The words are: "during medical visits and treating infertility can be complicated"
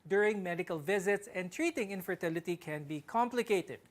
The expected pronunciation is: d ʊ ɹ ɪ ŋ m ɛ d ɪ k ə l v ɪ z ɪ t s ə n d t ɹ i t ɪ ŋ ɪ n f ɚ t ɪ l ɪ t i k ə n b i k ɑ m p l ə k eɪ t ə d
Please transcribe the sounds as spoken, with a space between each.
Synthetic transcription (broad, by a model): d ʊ ɹ ɪ ŋ m ɛ d ɪ k ə l v ɪ z ɪ t s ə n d t ɹ i t ɪ ŋ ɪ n f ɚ t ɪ l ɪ t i k ə n b i k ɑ m p l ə k eɪ t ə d